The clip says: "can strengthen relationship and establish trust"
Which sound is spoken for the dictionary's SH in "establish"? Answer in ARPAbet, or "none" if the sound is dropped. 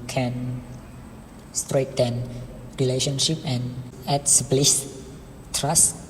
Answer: S